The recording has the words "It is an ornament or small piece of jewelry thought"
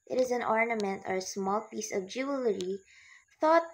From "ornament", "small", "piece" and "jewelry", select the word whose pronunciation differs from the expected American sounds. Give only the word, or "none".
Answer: none